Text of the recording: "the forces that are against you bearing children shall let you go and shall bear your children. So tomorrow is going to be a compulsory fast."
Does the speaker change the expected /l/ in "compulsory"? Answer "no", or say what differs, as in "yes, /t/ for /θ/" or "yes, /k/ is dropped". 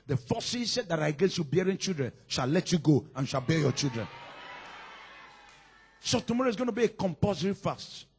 yes, /l/ is dropped